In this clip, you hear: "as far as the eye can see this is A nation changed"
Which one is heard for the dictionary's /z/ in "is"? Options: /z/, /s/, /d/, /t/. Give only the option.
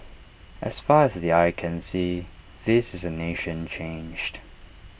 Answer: /z/